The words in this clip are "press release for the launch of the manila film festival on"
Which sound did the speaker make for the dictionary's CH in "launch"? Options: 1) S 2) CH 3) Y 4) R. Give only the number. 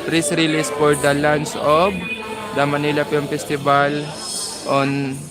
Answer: 1